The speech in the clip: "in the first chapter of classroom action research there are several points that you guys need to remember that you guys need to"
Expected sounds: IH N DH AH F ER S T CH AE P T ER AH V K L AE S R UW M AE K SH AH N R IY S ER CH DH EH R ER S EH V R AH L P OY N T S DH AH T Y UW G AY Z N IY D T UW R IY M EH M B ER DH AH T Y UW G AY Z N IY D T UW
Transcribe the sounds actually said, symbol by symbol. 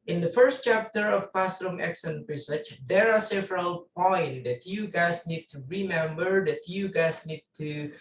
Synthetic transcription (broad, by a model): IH N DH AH F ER S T CH AE P T ER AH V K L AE S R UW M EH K S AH N R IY S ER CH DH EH R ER S EH V R AH L P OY N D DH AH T Y UW G AY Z N IY D T UW R IY M EH M B ER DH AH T Y UW G AY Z N IY D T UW